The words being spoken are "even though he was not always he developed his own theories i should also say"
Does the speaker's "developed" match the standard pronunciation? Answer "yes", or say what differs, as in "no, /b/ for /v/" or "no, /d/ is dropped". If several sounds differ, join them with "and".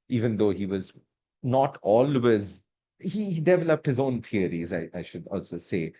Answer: yes